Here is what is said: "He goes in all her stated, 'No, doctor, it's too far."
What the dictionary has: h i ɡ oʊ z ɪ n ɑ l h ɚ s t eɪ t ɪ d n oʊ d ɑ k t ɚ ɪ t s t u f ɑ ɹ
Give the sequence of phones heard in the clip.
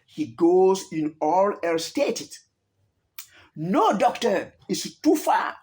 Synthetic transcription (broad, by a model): h i ɡ oʊ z ɪ n ɑ l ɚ s t eɪ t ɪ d n oʊ d ɑ k t ɚ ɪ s t u f ɑ